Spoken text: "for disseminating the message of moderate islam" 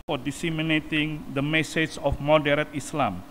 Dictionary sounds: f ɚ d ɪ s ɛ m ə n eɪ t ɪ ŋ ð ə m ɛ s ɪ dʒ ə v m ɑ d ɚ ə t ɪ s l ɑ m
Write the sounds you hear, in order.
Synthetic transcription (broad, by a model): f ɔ d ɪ s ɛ m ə n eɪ t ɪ ŋ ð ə m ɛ s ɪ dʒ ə f m ɑ d ɚ ə t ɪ s l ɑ m